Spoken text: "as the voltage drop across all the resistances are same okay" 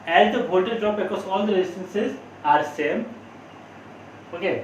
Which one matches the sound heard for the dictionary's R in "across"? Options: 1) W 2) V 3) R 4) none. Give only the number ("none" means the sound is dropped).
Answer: 4